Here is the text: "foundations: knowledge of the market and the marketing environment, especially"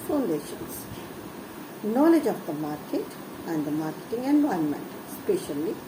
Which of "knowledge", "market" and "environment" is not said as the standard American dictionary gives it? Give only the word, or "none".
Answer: environment